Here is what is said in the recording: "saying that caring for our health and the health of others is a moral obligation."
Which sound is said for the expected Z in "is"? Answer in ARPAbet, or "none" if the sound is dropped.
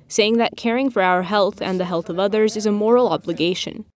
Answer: Z